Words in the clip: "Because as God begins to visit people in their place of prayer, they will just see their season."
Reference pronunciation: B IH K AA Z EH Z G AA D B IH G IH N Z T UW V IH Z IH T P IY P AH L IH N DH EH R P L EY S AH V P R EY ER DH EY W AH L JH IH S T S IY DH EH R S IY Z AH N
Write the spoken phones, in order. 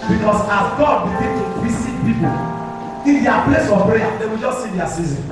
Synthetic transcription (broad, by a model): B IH K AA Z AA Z G AA D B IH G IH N T UW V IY S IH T P IY P AH L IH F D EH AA P L EY S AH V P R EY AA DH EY W AH L JH IH S T S IY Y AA S IY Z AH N